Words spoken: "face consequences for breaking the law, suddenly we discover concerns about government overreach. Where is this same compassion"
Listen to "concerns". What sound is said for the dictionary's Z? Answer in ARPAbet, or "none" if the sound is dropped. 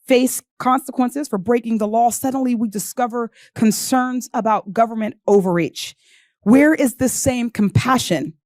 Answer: Z